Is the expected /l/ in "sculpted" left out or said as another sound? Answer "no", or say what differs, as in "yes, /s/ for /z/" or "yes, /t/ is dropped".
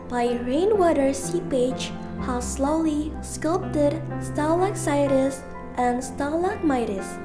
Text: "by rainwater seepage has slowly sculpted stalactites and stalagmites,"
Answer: no